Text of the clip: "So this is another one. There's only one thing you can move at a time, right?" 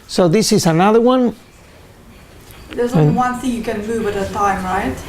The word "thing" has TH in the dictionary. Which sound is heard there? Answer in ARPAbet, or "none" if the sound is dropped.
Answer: TH